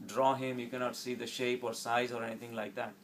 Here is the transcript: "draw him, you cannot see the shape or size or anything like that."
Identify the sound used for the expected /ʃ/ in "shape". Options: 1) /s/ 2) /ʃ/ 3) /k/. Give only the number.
2